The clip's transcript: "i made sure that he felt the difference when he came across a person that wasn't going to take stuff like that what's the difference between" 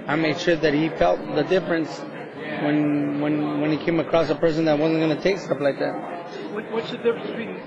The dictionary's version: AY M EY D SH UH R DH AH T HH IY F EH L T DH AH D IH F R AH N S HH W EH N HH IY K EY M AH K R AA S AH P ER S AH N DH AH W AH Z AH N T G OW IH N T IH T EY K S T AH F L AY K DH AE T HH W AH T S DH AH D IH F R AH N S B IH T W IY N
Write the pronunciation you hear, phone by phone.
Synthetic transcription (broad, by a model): AY M EY D SH UH R DH AH T HH IY F EH L T DH AH D IH F R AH N S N W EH N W IY K EY M AH K R AA S AH P ER S AH N DH AH W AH Z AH N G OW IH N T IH T EY K S T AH P L AY K DH AE T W W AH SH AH D IH F R AH N S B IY